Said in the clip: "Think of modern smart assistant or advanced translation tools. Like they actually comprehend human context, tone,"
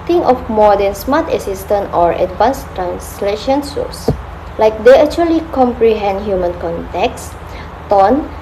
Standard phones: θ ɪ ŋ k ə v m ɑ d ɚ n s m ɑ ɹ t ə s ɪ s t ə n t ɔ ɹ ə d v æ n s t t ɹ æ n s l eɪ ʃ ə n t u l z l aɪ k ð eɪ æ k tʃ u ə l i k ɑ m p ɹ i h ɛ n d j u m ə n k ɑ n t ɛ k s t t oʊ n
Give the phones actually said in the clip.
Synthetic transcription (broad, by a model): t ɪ ŋ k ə f m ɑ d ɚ n s m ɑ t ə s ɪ s t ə n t ɔ ɹ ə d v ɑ n s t t ɹ æ n s l eɪ ʃ ə n s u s l aɪ k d eɪ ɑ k tʃ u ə l i k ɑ m p ɹ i h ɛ n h j u m ə n k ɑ n t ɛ k s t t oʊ n